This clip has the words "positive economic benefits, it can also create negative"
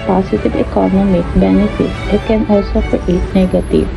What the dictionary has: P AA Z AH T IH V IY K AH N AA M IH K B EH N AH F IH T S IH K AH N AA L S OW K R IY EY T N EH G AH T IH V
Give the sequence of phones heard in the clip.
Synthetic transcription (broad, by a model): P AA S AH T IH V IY K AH N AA M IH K B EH N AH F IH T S IH K AH N AA L S OW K IY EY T N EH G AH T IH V